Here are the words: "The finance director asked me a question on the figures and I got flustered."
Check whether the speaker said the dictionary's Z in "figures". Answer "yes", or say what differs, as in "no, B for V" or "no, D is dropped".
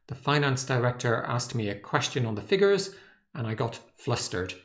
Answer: yes